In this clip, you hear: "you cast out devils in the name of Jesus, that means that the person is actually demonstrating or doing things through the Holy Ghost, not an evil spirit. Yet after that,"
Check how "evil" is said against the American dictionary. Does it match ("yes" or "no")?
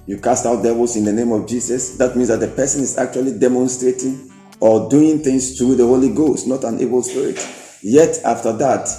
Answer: no